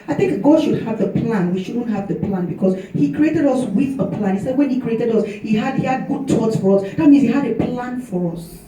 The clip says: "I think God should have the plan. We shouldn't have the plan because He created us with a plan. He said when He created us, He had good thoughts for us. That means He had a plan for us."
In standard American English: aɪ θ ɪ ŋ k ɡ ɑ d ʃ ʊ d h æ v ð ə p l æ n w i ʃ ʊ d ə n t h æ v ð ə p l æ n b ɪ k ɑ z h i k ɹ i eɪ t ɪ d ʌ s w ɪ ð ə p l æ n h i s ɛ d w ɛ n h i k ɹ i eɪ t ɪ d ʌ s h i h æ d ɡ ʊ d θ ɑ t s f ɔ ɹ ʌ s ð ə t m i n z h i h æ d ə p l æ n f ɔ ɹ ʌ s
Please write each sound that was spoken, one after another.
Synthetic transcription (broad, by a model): aɪ θ ɪ ŋ k ɡ ɑ d ʃ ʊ d h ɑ v ð ə p l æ n w i ʃ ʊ d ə n t h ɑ v ð ə p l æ n b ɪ k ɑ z h i k ɹ i eɪ t ɪ d ʌ s w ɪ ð ə p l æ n h i s ɛ d w ɛ n h i k ɹ i eɪ t ɪ d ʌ s h i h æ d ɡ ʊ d t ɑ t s f ɔ ɹ ʌ s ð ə t m i n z h i h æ d ə p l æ n f ɔ ɹ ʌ s